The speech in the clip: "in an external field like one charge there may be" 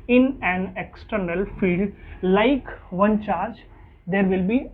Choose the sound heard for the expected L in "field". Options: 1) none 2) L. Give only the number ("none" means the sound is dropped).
1